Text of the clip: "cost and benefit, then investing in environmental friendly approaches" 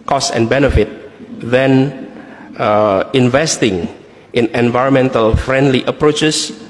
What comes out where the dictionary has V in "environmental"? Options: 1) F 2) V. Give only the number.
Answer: 2